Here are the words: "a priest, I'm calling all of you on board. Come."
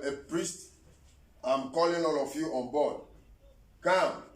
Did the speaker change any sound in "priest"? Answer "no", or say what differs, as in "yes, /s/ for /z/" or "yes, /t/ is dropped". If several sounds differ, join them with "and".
no